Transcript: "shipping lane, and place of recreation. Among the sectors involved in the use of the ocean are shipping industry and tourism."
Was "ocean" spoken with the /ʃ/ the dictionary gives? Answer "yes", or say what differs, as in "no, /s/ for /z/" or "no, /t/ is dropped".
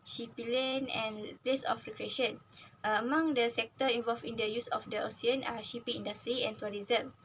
no, /s/ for /ʃ/